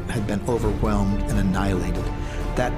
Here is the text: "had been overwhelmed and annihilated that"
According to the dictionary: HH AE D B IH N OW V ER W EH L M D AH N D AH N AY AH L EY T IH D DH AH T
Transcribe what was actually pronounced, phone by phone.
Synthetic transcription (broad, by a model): HH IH D B IH N OW V ER W EH L M D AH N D AH N AY AH L EY T IH D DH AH T